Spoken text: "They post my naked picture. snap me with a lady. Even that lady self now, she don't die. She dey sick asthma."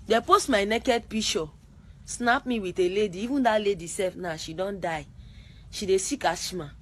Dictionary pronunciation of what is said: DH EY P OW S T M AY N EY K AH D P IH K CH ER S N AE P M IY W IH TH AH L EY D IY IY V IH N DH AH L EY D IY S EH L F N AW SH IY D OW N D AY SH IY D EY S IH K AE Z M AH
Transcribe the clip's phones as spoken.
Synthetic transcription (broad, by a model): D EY P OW S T M AY N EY K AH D P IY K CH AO S N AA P M IY W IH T AH L EY D IY IY V IH N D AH L EY D IY S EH F N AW SH IY D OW N D AY SH IY D EY S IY K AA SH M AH